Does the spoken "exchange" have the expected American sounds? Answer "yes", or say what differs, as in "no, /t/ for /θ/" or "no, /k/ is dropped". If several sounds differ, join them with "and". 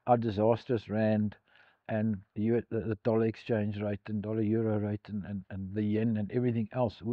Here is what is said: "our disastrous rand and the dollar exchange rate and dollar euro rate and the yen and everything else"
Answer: yes